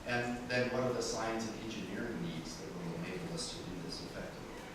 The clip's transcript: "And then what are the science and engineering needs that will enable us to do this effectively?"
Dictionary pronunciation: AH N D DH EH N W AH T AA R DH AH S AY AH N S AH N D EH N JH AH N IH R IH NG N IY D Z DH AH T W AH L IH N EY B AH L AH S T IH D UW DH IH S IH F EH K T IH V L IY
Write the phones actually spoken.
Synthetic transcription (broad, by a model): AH N DH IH N W AH T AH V DH AH S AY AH N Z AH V EH N JH AH N IH R IH NG N IY D Z DH AH T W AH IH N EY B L AH S T IH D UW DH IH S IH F EH K T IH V